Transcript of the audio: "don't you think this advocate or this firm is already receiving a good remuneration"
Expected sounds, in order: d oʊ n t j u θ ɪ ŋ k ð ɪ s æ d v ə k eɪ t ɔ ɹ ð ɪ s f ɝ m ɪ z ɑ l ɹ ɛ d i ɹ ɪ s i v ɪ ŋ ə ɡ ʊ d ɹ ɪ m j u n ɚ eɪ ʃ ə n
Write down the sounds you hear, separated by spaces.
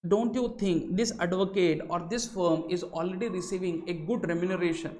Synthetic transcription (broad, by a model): d oʊ n t j u t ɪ ŋ k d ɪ s æ d v ə k eɪ t ɔ ɹ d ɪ s f ɝ m ɪ z ɑ l ɹ ɛ d i ɹ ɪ s i v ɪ ŋ ə ɡ ʊ d ɹ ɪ m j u n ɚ eɪ ʃ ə n